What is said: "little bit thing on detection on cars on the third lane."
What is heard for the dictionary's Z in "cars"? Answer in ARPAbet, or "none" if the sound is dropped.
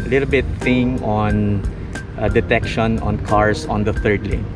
S